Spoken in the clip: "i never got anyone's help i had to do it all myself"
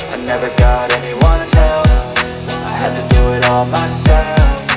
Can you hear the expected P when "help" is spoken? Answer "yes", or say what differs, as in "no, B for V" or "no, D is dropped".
no, F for P